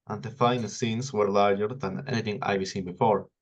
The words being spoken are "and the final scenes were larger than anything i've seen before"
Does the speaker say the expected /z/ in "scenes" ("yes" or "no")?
no